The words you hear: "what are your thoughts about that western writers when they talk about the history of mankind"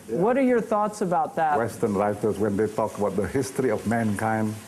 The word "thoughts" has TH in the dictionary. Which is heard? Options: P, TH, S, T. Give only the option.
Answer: TH